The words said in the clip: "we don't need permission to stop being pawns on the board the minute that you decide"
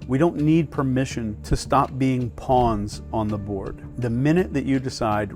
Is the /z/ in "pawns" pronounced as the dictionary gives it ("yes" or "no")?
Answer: yes